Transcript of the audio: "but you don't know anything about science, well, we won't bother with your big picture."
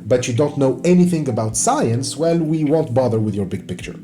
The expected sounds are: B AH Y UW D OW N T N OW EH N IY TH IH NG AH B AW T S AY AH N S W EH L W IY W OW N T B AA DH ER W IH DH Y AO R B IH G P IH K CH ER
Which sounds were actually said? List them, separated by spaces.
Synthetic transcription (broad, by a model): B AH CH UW D OW N T N OW EH N IY TH IH NG AH B AW T S AY AH N S W EH L W IY W OW N T B AA DH ER W IH DH Y AO R B IH G P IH K CH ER